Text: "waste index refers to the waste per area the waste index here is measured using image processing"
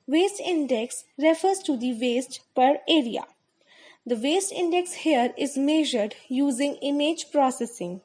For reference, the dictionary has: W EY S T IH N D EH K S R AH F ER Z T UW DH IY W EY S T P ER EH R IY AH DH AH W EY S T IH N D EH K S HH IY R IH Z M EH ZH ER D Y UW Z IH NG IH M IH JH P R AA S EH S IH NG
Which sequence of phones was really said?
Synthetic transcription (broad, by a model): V EY S T IH N D EH K S R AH F ER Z T UW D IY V EY S T P ER EH R IY AH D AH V EY S T IH N D EH K S HH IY R IH Z M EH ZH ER D Y UW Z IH NG IH M IH JH P R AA S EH S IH NG